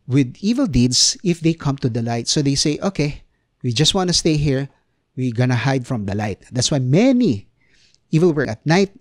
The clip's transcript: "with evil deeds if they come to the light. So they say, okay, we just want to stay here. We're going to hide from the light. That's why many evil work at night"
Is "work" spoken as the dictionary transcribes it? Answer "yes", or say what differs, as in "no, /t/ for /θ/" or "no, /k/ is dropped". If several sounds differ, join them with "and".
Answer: no, /k/ is dropped